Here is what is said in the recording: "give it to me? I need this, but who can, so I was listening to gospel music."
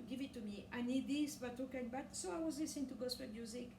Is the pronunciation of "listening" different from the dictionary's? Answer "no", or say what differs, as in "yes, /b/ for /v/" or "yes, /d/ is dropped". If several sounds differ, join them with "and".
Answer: yes, /n/ is dropped